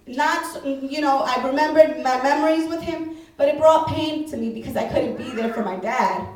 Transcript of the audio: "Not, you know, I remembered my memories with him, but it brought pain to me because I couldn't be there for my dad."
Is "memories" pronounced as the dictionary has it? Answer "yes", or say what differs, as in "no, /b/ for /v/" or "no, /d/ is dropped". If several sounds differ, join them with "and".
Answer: yes